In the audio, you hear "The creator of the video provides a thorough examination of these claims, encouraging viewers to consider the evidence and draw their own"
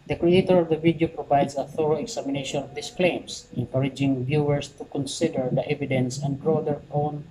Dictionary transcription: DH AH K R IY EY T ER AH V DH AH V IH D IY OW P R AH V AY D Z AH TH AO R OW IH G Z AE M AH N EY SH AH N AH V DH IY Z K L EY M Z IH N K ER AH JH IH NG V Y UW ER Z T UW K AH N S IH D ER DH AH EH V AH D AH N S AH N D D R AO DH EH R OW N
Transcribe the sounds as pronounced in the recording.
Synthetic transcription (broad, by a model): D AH K R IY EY T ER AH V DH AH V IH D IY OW P R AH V AY D S AH TH AO R OW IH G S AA M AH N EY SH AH N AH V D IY S K L EY M S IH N K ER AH JH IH NG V Y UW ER S T UW K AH N S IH D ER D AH EH V AH D AH N S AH N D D R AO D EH R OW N